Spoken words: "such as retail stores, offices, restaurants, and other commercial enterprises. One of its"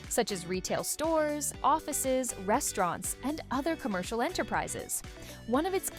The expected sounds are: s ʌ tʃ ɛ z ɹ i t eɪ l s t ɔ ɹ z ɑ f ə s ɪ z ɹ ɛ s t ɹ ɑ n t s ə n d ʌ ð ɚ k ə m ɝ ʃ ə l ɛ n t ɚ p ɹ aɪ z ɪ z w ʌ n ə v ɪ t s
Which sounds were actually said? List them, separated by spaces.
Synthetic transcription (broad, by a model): s ʌ tʃ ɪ z ɹ i t eɪ l s t ɔ ɹ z ɑ f ə s ɪ z ɹ ɛ s t ɹ ɑ n t s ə n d ʌ ð ɚ k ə m ɝ ʃ l ɛ n t ɚ p ɹ aɪ z ɪ z w ʌ n ə v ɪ t s